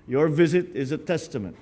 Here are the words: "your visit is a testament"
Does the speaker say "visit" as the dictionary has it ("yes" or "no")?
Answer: yes